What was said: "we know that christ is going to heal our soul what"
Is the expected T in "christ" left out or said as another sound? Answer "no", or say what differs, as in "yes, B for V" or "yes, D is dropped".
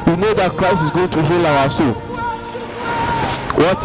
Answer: yes, T is dropped